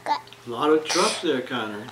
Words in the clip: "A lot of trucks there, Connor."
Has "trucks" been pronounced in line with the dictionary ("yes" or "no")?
no